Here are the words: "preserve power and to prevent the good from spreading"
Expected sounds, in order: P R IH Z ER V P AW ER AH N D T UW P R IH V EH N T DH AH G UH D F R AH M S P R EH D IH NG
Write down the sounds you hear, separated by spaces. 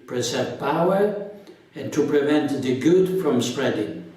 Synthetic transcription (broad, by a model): P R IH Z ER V P AW ER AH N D T UW P R IH V EH N T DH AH G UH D F R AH M S P R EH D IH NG